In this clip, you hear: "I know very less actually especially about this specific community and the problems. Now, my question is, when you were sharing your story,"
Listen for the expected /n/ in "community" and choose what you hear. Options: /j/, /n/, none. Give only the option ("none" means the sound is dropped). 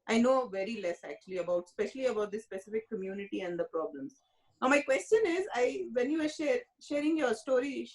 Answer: /n/